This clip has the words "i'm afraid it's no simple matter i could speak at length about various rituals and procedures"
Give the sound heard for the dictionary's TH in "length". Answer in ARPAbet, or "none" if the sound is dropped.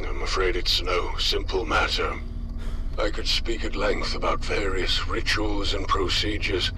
TH